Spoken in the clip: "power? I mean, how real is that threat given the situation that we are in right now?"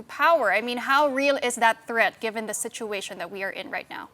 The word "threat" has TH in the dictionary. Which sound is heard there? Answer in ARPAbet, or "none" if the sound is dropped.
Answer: TH